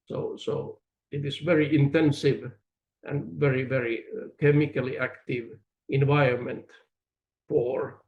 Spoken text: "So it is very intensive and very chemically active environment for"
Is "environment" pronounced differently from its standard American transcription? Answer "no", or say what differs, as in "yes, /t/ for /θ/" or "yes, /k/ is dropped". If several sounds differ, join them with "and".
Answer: no